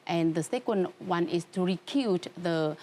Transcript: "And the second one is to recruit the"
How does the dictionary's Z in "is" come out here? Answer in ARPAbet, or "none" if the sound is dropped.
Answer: S